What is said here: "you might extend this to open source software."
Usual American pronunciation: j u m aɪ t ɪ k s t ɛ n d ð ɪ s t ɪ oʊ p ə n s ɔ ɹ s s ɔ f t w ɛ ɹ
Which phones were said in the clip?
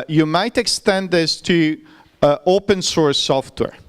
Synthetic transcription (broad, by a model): j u m aɪ t ɪ k s t ɛ n d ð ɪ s t ɪ oʊ p ə n s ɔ ɹ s s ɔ f t w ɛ ɹ